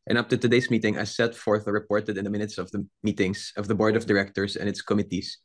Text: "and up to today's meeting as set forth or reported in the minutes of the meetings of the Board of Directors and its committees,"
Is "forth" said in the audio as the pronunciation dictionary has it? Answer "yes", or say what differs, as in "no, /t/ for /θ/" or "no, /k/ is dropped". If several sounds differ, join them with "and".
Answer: yes